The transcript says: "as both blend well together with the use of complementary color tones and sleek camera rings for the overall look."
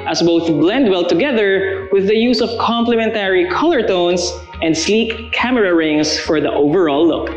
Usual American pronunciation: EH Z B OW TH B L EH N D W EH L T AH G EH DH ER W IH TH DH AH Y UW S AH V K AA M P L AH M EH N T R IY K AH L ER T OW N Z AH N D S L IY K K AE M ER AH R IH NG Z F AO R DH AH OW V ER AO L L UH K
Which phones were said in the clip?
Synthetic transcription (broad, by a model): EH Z B OW TH B L EH N D W EH L T AH G EH DH ER W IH DH AH Y UW S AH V K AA M P L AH M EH N T R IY K AH L ER T OW N S AH N D S L IY K K AE M ER AH R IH NG S F AO R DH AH OW V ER AO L L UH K